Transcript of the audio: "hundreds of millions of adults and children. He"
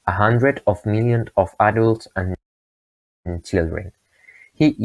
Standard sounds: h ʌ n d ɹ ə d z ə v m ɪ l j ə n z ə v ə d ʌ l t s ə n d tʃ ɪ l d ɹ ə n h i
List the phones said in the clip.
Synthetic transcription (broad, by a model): h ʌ n d ɹ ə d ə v m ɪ l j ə n ə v ə d ʌ l t s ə n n tʃ ɪ l d ɹ ə n h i